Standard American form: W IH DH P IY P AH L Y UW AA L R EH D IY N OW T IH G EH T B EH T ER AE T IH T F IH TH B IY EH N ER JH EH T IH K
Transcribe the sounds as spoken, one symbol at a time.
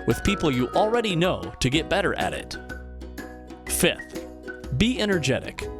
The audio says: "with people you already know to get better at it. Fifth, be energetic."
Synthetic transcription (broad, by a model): W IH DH P IY P L Y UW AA L R EH D IY N OW T IH G EH T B EH T ER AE T IH T F IH TH B IY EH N ER JH EH T IH K